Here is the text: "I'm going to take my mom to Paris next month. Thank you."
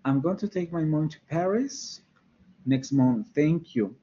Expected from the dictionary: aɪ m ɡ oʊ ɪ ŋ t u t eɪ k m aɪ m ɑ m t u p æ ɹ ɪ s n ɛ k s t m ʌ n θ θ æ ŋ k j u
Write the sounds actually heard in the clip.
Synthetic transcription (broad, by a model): aɪ m ɡ oʊ ɪ ŋ t u t eɪ k m aɪ m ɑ t u p æ ɹ ɪ s n ɛ k s t m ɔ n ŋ θ æ ŋ k j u